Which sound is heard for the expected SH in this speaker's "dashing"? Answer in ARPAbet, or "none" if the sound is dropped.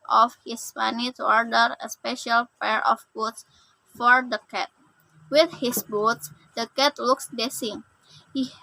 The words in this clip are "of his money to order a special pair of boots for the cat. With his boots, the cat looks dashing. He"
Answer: S